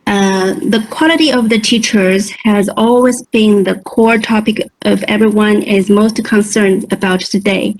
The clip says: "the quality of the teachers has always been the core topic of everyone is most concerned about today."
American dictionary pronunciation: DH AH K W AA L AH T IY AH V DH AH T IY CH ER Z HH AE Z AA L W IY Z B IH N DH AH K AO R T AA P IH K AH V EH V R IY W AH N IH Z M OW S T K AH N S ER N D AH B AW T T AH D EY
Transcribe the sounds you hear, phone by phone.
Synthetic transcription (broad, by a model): DH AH K W AA L AH T IY AH V DH AH T IY CH ER Z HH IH Z AA L W IY Z B IH N DH AH K AO R T AA P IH K AH V EH V R IY W AH N IH Z M OW S T K AH N S ER N D AH B AW T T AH D EY